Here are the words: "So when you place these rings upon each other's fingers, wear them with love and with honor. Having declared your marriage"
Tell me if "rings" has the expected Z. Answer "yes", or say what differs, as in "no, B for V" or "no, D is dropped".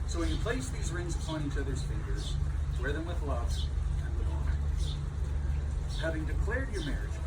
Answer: yes